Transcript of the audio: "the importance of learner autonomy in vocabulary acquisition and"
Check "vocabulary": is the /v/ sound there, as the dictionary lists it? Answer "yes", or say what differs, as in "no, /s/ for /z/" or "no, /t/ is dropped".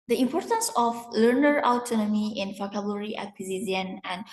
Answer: no, /f/ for /v/